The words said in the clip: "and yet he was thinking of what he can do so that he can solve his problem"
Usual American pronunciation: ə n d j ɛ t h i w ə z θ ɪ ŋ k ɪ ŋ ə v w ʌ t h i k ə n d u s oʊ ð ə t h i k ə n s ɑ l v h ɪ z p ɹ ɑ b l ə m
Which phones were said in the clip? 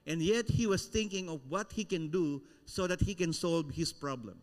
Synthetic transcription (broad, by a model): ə n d j ɛ t h i w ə s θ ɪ ŋ k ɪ ŋ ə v w ʌ t h i k ə n d u s oʊ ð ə t h i k ə n s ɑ l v h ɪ s p ɹ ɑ b l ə m